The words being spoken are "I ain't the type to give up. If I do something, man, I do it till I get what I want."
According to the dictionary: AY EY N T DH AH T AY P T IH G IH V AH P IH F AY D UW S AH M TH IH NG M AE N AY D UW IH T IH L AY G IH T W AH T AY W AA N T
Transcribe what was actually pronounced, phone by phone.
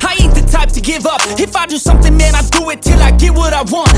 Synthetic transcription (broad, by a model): AY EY T DH AH T AY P T IH G IH V AH P IH F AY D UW S AH M TH IH NG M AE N AY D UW IH T IH L AY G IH W AH T AY W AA N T